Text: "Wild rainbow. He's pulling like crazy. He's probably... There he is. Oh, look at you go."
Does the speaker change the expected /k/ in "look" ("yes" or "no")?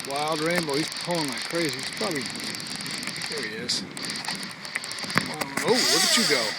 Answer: yes